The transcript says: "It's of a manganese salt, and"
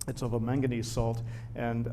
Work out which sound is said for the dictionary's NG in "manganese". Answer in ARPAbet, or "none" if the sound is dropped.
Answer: NG